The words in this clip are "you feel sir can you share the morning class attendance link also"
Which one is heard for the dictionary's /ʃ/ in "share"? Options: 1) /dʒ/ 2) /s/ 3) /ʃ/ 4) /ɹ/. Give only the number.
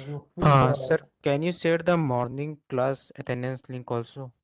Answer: 2